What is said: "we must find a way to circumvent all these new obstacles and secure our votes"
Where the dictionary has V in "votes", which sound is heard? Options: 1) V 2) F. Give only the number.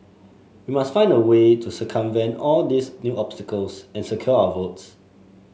1